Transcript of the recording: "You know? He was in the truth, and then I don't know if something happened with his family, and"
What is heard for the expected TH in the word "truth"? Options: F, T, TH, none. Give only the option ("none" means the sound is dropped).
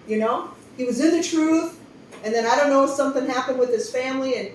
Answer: TH